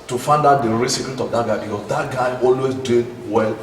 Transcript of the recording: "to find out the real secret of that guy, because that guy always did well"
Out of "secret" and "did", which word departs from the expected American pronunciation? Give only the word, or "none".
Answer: secret